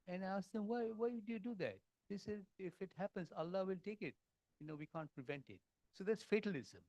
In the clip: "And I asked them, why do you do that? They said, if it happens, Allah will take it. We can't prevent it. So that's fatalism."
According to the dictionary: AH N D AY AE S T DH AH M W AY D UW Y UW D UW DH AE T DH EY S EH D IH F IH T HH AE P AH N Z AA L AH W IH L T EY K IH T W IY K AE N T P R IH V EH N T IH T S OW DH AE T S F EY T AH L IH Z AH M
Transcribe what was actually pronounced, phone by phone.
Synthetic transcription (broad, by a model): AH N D AY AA S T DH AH M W AY D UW Y UW D UW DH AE T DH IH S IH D IH F IH T HH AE P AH N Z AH L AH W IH L T EY K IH T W IY K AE N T P R IH V EH N T IH T S OW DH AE T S F EY T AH L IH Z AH M